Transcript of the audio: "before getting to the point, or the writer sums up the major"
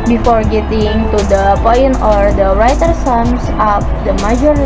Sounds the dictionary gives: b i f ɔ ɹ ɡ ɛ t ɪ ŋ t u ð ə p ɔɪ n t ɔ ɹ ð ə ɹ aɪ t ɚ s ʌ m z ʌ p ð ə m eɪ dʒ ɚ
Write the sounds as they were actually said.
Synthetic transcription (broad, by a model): b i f ɔ ɹ ɡ ɛ t ɪ ŋ t u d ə p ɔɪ n ɔ ɹ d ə ɹ aɪ t ɚ s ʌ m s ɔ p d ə m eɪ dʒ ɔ